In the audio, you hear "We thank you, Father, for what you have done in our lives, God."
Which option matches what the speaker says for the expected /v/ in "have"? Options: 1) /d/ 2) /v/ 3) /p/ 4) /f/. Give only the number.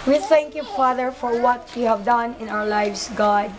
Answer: 2